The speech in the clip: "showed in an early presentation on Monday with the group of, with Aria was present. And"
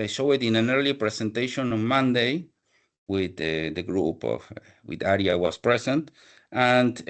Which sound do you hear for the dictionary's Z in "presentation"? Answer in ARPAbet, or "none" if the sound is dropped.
S